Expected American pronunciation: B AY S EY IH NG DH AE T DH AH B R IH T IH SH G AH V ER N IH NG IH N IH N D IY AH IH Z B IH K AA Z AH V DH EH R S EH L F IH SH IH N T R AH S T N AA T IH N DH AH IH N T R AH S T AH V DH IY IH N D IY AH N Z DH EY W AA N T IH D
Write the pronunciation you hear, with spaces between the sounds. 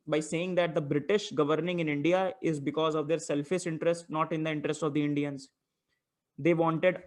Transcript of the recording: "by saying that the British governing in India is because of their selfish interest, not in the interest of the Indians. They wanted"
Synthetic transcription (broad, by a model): B AY S EY IH NG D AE T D AH B R IH T IH SH G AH V ER N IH NG IH N IH N D IY AH IH Z B IH K AA Z AH V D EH R S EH L F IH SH IH N T R AH S T N AA T IH N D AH IH N T R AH S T AH V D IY IH N D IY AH N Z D EY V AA N T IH D